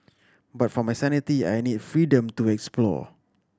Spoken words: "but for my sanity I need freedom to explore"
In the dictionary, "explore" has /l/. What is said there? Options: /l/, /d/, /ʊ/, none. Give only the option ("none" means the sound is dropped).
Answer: /l/